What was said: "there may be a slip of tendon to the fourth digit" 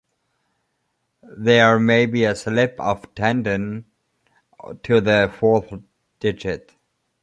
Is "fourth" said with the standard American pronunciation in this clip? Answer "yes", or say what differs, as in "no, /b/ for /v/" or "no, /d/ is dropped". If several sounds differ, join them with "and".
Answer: yes